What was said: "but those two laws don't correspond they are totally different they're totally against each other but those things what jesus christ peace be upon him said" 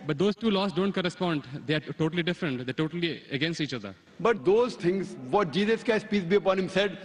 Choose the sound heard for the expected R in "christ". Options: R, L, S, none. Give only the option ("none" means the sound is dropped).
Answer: none